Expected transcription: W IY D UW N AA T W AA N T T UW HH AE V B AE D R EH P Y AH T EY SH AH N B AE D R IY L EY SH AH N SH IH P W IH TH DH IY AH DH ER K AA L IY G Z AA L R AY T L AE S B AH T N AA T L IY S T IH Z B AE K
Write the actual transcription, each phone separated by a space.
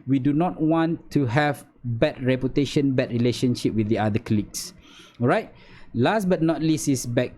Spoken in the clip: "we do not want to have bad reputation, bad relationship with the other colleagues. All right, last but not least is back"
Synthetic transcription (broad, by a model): W IY D UW N AA T W AA N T T UW HH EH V B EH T R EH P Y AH T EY SH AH N B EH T R IY L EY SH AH N SH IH P W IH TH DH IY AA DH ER K L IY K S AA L R AY T L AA S B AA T N AA T L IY S IH S B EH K